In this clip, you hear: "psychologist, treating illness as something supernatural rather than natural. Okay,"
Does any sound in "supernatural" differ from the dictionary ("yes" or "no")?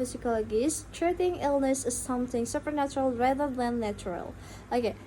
no